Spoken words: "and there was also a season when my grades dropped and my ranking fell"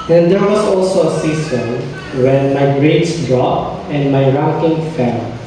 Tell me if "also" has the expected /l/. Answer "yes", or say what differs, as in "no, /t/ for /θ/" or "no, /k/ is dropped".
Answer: yes